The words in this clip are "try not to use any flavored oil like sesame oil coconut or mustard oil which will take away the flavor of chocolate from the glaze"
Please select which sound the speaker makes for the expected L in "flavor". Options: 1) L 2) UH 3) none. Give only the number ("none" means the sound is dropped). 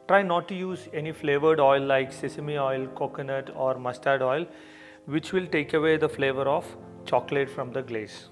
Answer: 1